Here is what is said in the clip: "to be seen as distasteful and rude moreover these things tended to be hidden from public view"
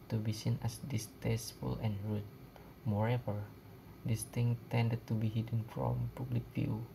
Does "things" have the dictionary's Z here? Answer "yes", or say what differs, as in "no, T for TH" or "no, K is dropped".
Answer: no, Z is dropped